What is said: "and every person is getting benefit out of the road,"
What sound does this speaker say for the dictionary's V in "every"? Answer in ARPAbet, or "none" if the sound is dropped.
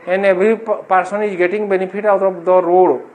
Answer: B